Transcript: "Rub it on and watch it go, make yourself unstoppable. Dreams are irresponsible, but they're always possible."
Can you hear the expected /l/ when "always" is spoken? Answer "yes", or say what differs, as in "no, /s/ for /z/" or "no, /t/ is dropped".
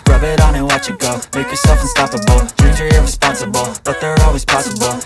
yes